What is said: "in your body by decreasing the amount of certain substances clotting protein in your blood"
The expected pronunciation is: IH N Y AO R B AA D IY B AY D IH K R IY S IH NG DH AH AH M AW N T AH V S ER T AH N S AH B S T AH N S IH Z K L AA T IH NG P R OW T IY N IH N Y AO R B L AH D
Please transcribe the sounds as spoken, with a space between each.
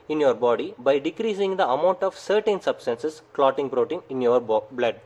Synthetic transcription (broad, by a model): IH N Y AO R B AA D IY B AY D IH K R IY S IH NG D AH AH M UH N T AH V S ER T AH N S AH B S T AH N S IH S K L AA T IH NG P R OW T IY N IH N Y AO R B L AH D